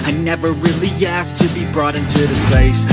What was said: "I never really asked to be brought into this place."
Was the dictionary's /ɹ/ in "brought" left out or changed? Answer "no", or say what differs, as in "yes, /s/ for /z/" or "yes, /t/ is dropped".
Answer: no